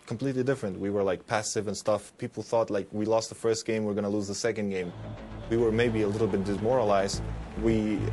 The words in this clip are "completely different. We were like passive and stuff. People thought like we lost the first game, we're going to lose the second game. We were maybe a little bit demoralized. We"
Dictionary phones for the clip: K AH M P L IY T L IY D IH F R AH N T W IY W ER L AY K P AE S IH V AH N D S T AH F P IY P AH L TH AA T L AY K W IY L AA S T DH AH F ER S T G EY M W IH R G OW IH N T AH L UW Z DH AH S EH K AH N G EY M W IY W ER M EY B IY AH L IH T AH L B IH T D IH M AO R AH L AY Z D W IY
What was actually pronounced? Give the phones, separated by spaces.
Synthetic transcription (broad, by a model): K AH M P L IY T L IY D IH F R AH N T W IY W ER L AY K P AE S IH V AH N S T AH F P IY P L TH AA T L AY K W IY L AA S T DH AH F ER S T G EY M W IH R G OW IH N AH L UW Z DH AH S EH K AH N G EY M W IY W ER M EY B IY AH L IH T L B IH T D IH M AO R AH L AY Z D W IY